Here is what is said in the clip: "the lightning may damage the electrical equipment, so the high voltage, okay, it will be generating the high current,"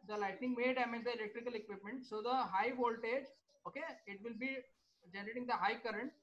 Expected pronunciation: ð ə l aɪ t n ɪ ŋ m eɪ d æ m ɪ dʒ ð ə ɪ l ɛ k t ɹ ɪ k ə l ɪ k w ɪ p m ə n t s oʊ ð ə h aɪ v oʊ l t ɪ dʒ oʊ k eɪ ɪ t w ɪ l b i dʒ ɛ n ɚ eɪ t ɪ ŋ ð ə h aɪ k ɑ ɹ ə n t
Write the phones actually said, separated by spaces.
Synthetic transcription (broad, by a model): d ə l aɪ t n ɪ ŋ m eɪ d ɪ m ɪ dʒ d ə ɪ l ɛ k t ɹ ɪ k ə l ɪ k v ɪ p m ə n t s oʊ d ə h aɪ v oʊ l t ɪ dʒ oʊ k eɪ ɪ t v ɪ l b i dʒ ɛ n ɚ eɪ t ɪ ŋ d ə h aɪ k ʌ ɹ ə n t